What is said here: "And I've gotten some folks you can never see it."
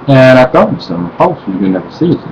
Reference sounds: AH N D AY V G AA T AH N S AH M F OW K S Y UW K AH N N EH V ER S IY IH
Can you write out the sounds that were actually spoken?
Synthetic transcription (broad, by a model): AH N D AY V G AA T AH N S AH M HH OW S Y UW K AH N N EH V ER S IY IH